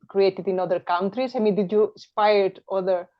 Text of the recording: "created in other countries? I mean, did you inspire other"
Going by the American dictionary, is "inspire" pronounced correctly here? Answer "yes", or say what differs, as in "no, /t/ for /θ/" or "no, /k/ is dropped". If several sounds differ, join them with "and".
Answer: no, /n/ is dropped